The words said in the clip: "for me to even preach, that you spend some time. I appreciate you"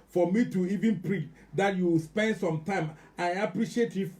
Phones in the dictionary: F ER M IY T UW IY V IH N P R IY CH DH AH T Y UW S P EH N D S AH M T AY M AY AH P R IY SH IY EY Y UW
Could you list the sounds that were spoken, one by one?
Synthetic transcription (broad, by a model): F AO M IY T UW IY V IH N P R IY CH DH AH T Y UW S P EH N D S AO M T AY M AY AH P R IY SH IY EY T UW